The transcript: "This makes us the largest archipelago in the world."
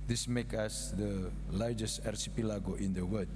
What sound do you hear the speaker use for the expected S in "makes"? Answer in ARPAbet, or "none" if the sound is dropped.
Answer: none